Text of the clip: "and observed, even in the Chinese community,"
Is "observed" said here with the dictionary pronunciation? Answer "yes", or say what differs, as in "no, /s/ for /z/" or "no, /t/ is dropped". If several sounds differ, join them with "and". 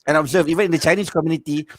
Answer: no, /d/ is dropped